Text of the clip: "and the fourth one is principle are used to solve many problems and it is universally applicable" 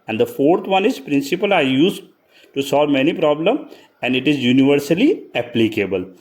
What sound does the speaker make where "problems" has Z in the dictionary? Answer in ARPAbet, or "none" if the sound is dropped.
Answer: none